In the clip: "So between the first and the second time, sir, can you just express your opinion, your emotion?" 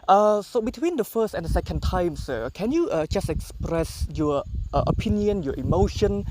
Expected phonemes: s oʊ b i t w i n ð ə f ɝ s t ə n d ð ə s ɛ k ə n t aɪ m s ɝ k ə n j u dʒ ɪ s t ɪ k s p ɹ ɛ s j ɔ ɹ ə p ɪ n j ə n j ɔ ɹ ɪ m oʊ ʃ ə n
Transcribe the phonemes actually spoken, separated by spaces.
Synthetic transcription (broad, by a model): s oʊ b i t w i n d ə f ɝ s t ə n d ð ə s ɛ k ə n t aɪ m s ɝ k ə n j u dʒ ɪ s t ɪ k s p ɹ ɛ s j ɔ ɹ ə p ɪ n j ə n j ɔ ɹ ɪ m oʊ ʃ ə n